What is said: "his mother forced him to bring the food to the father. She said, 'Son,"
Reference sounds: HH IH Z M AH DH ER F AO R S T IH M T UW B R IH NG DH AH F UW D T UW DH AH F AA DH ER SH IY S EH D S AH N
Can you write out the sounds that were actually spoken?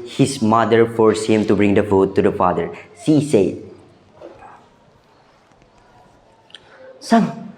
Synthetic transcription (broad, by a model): HH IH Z M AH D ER F AO R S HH IH M T UW B R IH NG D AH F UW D T UW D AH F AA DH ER S IY S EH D S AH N